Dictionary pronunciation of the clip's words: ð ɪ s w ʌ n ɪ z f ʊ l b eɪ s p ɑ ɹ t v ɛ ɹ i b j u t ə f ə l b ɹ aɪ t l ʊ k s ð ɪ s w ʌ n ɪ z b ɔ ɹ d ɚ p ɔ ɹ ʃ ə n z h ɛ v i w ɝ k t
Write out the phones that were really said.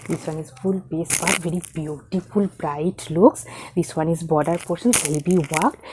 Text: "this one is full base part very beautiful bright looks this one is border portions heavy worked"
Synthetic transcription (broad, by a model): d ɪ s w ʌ n ɪ z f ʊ l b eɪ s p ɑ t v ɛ ɹ i b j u t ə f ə l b ɹ aɪ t l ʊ k s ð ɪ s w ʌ n ɪ z b ɔ d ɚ p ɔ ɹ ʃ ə n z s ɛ b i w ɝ k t